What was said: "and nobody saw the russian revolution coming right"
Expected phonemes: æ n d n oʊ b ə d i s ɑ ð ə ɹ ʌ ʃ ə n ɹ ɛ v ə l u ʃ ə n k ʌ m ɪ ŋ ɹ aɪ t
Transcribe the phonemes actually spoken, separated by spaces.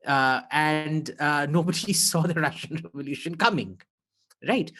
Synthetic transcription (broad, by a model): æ n d n oʊ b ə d i s ɑ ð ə ɹ ʌ ʃ ə n ɹ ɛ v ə l u ʃ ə n k ʌ m ɪ ŋ ɹ aɪ t